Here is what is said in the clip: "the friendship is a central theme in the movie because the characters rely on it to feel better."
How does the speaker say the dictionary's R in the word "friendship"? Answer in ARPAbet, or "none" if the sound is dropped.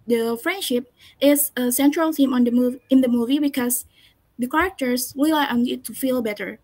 R